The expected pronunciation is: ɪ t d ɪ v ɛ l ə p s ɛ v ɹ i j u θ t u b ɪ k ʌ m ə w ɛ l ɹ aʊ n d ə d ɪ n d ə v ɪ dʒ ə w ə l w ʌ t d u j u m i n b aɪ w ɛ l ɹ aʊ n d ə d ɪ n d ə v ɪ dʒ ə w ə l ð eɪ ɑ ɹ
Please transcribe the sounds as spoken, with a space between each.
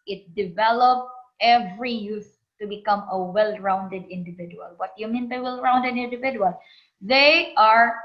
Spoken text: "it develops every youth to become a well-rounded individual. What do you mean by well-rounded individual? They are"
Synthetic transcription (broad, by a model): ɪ t d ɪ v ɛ l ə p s ɛ v ɹ i j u s t u b ɪ k ʌ m ə w ɛ l ɹ aʊ n d ə d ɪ n d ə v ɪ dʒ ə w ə l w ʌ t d j u m i n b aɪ w ɛ l ɹ aʊ n d ə d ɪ n d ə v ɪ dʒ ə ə l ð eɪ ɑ ɹ